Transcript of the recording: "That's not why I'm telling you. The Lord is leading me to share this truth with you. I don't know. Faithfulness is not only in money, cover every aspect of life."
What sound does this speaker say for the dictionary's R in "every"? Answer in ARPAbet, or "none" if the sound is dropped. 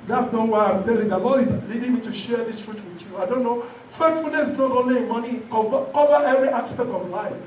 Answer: R